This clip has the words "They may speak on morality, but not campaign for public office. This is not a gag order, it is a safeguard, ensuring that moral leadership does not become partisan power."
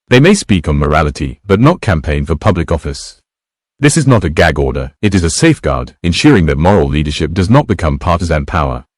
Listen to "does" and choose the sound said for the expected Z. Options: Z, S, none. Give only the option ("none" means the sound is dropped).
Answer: Z